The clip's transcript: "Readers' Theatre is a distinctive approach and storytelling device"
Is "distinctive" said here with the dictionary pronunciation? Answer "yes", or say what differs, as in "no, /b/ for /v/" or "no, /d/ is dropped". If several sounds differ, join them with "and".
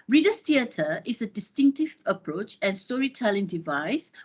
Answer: yes